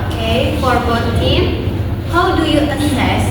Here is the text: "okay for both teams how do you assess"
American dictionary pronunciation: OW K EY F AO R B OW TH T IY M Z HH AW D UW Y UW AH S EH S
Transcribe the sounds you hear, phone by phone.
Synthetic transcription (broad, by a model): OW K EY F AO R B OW T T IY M HH AW D UW Y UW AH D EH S